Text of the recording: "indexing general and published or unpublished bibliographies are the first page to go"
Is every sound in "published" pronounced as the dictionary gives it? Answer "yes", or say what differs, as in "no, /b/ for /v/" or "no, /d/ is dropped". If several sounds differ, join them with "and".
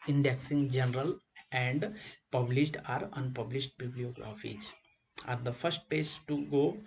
yes